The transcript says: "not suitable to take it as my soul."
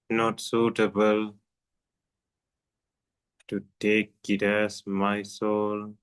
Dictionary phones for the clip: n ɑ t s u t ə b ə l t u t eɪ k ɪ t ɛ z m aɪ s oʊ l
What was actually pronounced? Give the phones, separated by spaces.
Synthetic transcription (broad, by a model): n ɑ t s u t ə b ə l t u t eɪ k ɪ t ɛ s m aɪ s oʊ l